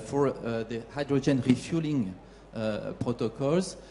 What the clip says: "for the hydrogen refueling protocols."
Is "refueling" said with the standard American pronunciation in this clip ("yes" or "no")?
yes